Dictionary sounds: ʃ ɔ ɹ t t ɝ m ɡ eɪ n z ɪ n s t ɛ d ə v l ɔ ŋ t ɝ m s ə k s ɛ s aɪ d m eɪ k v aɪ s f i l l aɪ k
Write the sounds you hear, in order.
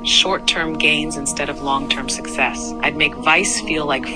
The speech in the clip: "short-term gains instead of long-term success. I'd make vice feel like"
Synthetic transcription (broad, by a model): ʃ ɔ ɹ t t ɝ m ɡ eɪ n z ɪ n s t ɛ d ə v l ɔ ŋ t ɝ m s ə k s ɛ s aɪ d m eɪ k v aɪ s f i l l aɪ k